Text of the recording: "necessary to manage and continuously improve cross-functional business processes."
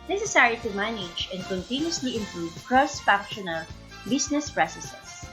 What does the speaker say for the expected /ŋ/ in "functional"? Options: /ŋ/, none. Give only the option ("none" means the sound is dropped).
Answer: none